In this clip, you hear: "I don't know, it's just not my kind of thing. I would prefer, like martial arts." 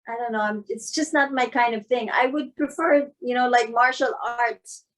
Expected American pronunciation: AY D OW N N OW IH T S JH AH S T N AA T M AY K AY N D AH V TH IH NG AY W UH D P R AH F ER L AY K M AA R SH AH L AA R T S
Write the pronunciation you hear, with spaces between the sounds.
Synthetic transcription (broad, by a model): AY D OW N N OW IH T S JH AH S T N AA T M AY K AY N D AH V TH IH NG AY W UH D P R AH F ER L AY K M AA R SH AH L AA R T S